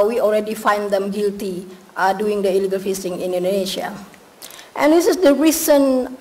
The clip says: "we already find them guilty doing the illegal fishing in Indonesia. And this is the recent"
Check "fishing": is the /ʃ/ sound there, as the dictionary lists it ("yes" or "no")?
no